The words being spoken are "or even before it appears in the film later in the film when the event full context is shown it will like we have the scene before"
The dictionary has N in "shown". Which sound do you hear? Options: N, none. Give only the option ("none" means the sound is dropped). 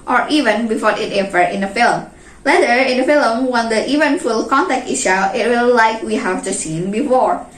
none